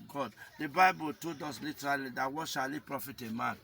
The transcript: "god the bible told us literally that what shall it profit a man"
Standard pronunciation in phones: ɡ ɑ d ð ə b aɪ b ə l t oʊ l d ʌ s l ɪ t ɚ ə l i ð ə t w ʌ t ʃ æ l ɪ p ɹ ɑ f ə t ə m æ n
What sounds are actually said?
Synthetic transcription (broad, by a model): ɡ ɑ d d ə b aɪ b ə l t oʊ d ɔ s l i t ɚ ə l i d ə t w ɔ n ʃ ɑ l ɪ p ɹ ɑ f ə t ə m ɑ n